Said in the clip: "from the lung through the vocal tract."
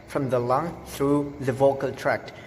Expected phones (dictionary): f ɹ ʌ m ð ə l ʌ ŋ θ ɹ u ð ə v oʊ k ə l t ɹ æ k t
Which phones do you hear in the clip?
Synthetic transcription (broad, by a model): f ɹ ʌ m ð ə l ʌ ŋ θ ɹ u ð ə v oʊ k ə l t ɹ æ k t